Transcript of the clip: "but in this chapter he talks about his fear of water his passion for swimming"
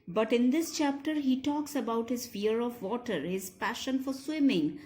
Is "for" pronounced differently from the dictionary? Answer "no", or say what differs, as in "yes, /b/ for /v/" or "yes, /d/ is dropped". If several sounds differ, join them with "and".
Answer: no